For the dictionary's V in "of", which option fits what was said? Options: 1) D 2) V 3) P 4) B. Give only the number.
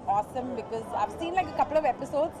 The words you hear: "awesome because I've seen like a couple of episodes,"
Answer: 2